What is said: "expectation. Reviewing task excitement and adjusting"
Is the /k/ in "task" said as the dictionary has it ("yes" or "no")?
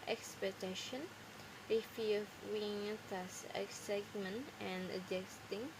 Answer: no